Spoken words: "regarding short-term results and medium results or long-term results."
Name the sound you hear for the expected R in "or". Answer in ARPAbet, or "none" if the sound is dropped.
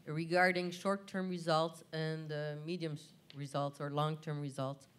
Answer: R